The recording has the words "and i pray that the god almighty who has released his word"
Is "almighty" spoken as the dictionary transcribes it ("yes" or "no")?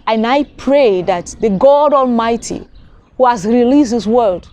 yes